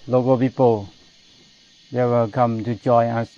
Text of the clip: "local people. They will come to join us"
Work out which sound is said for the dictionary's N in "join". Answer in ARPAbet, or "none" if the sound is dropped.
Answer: none